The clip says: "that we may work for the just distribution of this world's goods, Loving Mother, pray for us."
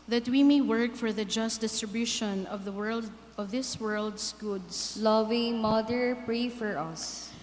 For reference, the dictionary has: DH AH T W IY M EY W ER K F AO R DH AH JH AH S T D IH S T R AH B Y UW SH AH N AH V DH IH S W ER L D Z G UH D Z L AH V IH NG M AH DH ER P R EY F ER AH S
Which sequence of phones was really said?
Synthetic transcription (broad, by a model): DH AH T W IY M EY W ER K F AO R DH AH JH AH S T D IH S T R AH B Y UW SH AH N AH V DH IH S W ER L D S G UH D S L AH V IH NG M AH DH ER P R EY F ER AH S